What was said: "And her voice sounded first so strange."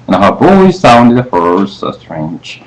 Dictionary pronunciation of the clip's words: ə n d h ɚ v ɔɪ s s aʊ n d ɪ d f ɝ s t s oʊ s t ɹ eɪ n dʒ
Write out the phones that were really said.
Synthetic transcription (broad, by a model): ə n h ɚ b ɔɪ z s aʊ n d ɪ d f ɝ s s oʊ s t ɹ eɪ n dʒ